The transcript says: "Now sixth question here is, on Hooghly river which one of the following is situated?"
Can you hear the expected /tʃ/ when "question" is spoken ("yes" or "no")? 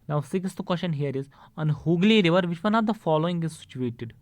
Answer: no